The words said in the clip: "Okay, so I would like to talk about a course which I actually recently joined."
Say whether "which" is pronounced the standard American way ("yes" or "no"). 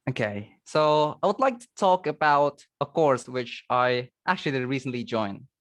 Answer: yes